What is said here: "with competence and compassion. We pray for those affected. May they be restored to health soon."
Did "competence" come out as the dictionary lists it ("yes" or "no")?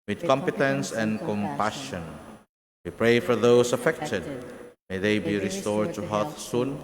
yes